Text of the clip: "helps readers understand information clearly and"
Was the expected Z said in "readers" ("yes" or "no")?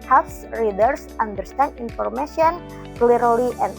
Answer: no